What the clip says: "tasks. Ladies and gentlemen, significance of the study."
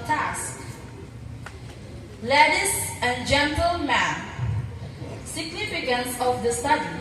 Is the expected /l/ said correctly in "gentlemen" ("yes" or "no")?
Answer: yes